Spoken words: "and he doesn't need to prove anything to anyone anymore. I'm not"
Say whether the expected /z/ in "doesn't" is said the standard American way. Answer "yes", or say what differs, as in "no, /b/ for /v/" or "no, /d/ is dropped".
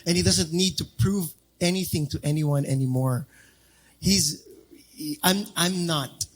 yes